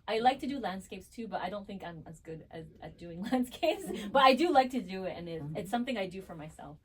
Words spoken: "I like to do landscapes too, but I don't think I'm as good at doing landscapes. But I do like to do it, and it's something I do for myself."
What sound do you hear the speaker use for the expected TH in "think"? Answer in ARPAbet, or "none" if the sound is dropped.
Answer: TH